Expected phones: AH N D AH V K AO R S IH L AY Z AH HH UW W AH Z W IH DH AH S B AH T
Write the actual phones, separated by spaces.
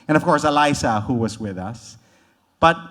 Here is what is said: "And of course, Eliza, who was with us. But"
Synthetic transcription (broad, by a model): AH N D AH V K AO R S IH L AY S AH HH UW W AH Z W IH DH AH S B AH T